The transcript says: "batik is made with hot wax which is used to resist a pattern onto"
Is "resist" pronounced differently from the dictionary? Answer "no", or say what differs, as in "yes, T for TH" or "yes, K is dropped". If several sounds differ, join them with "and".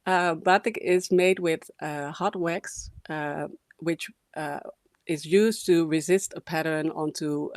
no